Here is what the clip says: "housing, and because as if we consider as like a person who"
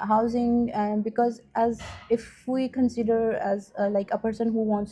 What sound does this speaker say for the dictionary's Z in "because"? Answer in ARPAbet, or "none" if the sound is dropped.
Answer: Z